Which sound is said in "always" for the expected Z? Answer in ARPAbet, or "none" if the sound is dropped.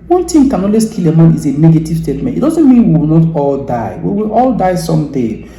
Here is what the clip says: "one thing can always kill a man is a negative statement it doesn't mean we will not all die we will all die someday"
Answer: S